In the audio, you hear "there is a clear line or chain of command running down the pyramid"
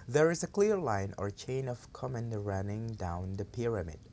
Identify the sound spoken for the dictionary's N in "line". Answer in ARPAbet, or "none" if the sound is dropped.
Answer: N